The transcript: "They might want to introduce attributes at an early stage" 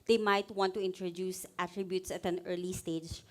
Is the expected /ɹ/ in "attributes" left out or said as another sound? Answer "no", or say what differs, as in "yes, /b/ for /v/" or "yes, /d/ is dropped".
no